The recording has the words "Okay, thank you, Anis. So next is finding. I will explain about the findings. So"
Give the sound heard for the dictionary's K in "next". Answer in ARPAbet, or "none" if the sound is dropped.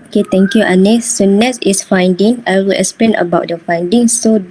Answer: none